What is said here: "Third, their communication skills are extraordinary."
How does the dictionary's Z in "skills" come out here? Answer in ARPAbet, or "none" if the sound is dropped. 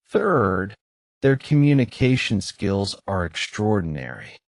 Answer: Z